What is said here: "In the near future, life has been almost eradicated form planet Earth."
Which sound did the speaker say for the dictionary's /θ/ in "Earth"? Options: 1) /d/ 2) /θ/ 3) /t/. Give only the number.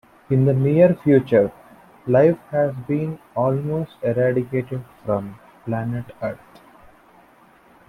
3